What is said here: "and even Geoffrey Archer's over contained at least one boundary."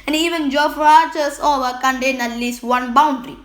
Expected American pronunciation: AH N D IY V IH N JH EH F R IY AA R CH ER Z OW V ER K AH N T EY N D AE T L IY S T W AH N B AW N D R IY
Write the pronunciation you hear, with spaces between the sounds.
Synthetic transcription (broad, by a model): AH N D IY V IH N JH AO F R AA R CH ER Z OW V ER K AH N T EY N AH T L IY S T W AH N B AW N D R IY